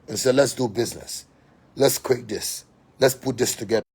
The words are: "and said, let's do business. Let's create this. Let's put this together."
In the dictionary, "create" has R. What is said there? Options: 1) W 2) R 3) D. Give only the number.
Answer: 1